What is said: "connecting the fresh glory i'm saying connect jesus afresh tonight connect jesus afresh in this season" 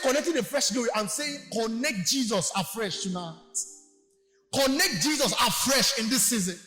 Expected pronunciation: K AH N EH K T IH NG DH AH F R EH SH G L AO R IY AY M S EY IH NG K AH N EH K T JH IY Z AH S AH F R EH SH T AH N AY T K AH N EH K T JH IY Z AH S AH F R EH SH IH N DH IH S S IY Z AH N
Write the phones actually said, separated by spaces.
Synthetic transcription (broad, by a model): K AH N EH K T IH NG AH F R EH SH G AO IY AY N S EY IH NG K AH N EH K T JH IY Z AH S AH F R EH SH T AH N AY T K AH N EH K T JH IY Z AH S AH F R EH SH IH N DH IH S S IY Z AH N